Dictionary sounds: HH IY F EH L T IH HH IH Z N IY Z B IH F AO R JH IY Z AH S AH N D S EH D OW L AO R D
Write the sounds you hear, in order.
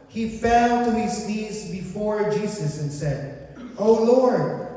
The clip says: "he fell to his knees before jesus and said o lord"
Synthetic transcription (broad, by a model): HH IY F EH L T IH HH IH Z N IY Z B IH F AO R JH IY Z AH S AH N S EH D OW L AO R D